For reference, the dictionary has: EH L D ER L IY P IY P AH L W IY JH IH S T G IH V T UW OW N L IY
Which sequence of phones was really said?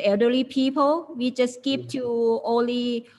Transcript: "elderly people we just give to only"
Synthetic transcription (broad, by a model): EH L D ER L IY P IY P AH L W IY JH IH S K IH P T UW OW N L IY